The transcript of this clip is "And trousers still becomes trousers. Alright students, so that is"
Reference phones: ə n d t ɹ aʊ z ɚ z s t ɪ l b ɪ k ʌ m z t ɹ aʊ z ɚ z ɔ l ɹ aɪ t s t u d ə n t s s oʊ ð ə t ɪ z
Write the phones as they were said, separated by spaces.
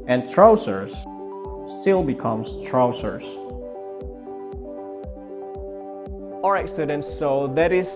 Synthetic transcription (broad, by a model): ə n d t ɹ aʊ s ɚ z s t ɪ l b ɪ k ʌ m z t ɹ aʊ s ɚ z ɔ ɹ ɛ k s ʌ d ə n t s s oʊ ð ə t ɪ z